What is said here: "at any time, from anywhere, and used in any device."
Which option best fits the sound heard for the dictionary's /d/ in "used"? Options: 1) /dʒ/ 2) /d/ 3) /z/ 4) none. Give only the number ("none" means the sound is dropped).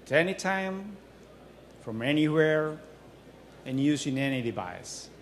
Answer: 4